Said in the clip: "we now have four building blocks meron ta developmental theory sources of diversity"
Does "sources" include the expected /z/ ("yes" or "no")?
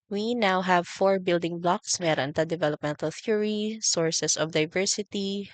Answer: no